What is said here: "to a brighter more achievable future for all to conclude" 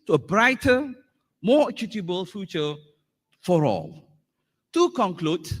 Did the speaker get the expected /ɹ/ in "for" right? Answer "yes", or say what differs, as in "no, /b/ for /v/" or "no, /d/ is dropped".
yes